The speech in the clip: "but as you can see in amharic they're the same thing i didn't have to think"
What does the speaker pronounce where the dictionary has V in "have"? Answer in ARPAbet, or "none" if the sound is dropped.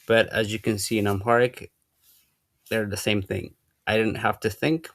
F